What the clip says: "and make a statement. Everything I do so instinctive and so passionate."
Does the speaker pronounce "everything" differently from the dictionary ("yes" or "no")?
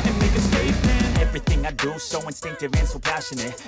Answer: no